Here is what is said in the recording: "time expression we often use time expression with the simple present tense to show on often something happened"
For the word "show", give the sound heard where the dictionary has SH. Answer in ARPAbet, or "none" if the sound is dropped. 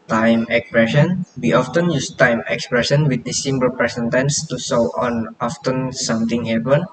S